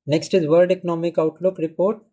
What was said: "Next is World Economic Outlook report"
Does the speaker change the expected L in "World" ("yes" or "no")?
yes